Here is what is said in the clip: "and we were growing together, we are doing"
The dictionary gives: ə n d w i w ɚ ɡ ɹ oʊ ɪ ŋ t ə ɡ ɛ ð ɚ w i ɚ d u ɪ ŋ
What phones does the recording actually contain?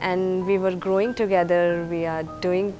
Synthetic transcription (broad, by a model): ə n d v i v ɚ ɡ ɹ oʊ ɪ ŋ t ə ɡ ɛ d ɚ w i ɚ d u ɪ ŋ